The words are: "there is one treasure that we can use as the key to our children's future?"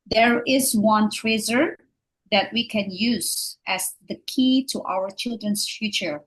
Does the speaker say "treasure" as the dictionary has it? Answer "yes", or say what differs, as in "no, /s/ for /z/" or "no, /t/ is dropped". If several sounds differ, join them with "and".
no, /z/ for /ʒ/